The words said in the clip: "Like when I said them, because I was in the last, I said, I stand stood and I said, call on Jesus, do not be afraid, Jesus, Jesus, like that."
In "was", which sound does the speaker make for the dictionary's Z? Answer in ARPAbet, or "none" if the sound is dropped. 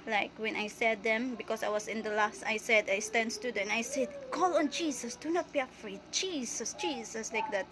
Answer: S